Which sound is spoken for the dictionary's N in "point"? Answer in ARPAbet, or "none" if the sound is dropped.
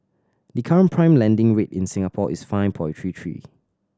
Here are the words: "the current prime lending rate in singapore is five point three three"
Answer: none